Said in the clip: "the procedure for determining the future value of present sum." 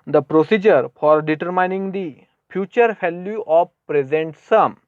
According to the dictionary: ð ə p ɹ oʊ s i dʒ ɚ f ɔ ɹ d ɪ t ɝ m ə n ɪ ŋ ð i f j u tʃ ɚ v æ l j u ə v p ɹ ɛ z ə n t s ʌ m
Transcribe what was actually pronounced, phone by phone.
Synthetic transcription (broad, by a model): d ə p ɹ oʊ s i dʒ ɚ f ɔ ɹ d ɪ t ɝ m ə n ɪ ŋ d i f j u tʃ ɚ f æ l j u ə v p ɹ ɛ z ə n t s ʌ m